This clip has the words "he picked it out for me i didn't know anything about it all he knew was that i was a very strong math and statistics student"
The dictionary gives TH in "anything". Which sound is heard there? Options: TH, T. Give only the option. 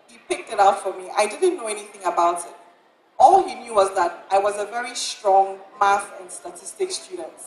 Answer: TH